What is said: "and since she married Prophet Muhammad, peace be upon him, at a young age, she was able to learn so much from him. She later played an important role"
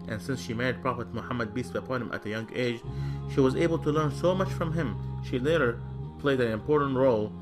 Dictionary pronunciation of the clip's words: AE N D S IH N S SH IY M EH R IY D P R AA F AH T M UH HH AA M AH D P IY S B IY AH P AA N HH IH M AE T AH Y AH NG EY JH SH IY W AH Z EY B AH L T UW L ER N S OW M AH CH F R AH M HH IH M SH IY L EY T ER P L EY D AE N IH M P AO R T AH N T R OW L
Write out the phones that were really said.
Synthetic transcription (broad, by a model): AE N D S IH N S SH IY M EH R IY D P R AA F AH T M UH HH AA M AH D B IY S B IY AH P AA N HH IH M AE T AH Y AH NG EY JH SH IY W AH Z EY B AH L T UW L ER N S OW M AH CH F R AH M HH IH M SH IY L EY T ER P L EY D AE N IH M P AO R T N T R OW L